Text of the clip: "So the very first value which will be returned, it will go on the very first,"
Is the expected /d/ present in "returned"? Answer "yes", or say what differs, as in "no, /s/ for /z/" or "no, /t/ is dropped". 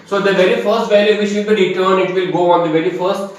no, /d/ is dropped